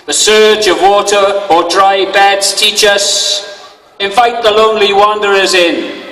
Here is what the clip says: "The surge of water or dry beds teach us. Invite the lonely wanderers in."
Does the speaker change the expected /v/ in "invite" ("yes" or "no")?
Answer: yes